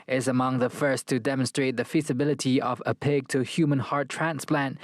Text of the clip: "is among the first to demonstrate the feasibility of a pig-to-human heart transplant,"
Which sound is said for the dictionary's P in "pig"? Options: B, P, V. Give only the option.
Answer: P